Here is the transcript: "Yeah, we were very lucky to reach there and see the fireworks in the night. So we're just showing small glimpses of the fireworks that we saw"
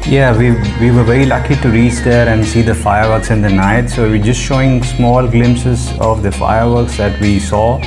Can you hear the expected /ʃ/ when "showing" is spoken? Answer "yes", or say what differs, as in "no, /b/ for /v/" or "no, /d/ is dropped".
yes